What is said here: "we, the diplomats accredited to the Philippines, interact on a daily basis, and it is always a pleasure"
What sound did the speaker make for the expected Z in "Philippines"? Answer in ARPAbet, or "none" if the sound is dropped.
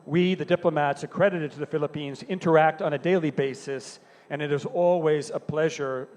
Z